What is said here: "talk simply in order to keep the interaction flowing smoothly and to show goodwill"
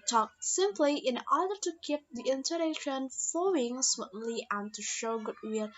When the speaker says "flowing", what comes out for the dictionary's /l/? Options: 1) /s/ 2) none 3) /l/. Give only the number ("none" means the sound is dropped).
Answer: 2